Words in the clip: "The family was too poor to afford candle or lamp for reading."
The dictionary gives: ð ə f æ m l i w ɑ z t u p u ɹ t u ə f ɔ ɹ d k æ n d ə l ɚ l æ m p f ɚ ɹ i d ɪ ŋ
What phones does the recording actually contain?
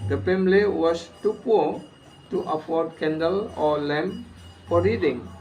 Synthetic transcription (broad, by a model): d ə p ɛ m l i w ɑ s t u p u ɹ t u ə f ɔ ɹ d k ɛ n d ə l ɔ l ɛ m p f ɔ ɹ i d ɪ ŋ